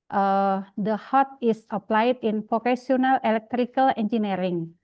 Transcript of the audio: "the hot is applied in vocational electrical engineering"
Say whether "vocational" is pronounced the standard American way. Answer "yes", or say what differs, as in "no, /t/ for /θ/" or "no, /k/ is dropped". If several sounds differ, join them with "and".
no, /s/ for /ʃ/